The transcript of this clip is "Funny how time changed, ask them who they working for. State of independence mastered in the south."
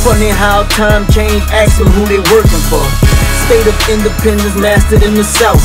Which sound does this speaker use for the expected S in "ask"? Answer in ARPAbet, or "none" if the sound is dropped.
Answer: none